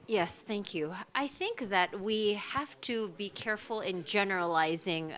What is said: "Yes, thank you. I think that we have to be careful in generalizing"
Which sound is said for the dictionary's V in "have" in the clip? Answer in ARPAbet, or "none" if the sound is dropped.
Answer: F